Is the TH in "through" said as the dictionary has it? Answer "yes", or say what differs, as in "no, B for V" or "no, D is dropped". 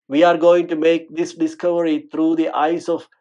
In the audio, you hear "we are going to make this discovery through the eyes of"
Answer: no, T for TH